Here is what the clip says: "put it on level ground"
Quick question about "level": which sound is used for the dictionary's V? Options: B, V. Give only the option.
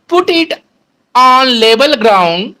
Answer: B